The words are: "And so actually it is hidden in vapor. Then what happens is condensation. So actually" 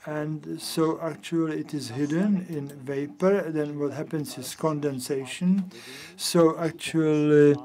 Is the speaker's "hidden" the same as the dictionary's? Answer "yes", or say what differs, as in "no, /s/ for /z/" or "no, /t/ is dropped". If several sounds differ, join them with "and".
yes